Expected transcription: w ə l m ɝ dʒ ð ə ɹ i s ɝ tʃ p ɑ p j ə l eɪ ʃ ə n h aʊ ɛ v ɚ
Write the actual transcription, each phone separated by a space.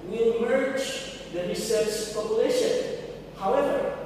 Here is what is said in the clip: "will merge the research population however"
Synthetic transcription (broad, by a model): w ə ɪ m ɝ dʒ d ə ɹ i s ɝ s p ɑ p j ə l eɪ ʃ ə n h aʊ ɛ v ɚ